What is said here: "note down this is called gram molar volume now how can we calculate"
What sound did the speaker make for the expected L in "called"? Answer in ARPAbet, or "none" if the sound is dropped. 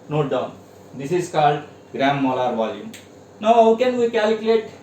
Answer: L